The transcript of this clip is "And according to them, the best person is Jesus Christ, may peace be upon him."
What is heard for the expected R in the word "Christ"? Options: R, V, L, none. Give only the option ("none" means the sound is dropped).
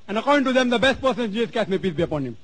none